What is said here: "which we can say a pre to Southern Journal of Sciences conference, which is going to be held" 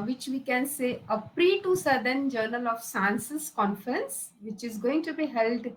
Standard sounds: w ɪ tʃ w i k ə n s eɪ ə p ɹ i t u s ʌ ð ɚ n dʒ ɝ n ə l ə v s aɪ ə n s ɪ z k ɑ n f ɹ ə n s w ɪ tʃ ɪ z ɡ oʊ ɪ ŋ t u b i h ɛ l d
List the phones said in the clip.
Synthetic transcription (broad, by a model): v ɪ tʃ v i k ə n s eɪ ə p ɹ i t u s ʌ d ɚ n dʒ ɝ n ə l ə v s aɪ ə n s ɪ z k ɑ n f ɹ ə n s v ɪ tʃ ɪ z ɡ oʊ ɪ ŋ t u b i h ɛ l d